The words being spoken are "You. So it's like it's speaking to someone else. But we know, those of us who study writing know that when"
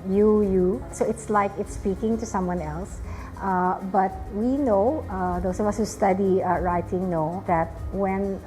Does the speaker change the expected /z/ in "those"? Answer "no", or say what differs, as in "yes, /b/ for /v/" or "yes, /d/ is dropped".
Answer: yes, /s/ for /z/